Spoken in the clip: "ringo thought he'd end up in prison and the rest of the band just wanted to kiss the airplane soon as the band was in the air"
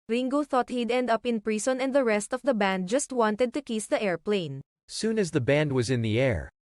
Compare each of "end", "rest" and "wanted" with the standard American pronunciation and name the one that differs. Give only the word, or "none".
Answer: none